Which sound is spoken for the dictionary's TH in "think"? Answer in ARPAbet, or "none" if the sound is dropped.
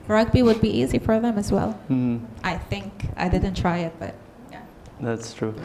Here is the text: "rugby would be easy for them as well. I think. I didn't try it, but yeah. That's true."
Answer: TH